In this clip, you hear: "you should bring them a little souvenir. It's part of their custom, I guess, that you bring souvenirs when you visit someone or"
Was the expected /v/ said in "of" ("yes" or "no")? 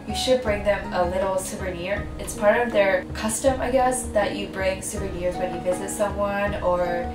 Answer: yes